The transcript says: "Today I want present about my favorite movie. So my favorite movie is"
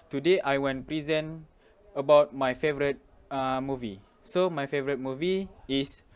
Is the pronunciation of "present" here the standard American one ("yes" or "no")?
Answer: no